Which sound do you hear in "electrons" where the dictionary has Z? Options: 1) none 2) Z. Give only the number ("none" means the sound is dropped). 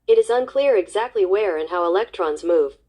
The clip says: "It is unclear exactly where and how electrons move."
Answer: 2